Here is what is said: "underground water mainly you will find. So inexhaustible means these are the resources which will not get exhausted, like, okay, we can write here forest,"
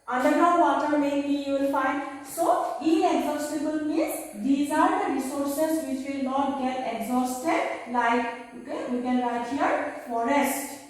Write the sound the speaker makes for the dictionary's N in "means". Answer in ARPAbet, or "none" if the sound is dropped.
none